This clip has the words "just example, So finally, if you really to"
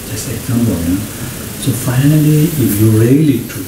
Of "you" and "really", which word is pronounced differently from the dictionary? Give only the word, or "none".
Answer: none